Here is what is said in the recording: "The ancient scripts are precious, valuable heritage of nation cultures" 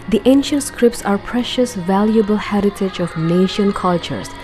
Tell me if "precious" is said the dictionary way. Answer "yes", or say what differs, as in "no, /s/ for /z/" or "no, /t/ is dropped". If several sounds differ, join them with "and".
yes